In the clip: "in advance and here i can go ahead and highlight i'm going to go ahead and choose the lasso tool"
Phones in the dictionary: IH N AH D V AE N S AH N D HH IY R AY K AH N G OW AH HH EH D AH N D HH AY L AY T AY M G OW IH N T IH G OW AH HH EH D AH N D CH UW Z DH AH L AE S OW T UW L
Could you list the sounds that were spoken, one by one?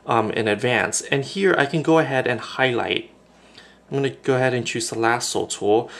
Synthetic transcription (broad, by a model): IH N AH D V AE N S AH N HH IY R AY K AH N G OW AH HH EH D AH N HH AY L AY T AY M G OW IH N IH G OW AH HH EH D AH N CH UW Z DH AH L AE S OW T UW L